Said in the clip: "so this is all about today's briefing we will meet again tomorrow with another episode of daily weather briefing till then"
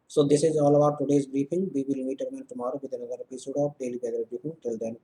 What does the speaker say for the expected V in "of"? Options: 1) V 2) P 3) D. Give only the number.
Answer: 2